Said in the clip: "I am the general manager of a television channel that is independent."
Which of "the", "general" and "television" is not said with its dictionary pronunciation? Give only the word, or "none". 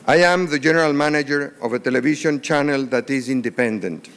television